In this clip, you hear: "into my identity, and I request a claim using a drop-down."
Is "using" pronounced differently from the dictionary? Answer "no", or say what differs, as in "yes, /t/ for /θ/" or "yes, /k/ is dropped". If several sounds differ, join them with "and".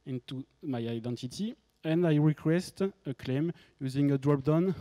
no